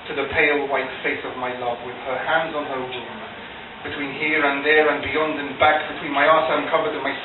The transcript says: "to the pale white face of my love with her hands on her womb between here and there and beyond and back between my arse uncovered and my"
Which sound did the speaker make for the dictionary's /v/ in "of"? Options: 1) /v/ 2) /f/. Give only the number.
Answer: 1